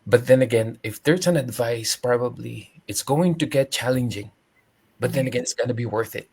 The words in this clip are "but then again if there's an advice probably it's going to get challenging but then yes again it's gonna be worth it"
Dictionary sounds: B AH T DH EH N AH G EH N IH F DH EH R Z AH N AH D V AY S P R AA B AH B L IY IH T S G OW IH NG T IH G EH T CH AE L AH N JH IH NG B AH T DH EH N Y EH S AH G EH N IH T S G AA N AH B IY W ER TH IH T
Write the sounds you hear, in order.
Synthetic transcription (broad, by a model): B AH T DH EH N AH G EH N IH F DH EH R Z AH N AH D V AY S P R AA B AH B L IY IH T S G OW IH NG T IH G EH T CH AE L AH N JH IH NG B AH T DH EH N AH G EH N IH T S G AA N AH B IY W ER TH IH T